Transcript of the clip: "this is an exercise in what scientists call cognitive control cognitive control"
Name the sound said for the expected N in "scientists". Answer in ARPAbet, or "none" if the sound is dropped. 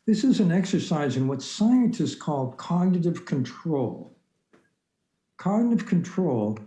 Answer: N